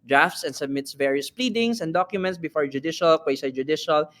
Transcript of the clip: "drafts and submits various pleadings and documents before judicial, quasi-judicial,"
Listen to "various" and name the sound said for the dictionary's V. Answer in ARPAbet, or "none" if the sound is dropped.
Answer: V